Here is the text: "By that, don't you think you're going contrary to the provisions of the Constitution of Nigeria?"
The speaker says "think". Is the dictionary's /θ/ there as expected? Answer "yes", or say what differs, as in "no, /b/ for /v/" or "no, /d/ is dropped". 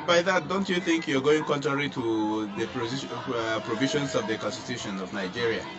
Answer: yes